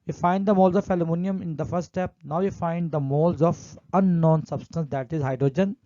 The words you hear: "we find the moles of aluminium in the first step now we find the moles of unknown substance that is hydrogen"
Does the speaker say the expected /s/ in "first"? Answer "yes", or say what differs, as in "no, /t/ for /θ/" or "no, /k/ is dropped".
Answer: no, /s/ is dropped